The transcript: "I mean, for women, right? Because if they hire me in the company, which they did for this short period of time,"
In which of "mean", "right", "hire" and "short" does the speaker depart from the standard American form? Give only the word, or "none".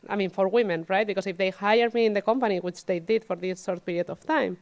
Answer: short